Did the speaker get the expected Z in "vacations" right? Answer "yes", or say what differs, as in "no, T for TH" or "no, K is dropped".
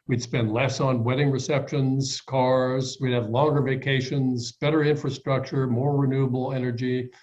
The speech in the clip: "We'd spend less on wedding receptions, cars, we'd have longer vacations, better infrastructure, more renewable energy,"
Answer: yes